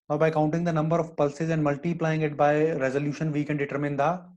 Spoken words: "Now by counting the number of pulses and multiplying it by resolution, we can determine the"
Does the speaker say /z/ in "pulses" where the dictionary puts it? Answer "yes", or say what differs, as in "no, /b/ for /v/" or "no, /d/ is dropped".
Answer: yes